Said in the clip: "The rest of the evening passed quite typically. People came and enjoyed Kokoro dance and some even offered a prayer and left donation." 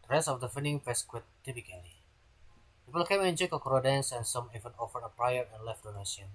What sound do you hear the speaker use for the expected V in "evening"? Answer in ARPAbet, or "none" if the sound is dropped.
none